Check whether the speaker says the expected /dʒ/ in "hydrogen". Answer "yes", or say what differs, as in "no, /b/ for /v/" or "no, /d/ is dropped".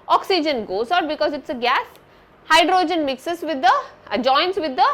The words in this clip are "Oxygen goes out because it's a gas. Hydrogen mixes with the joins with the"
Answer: yes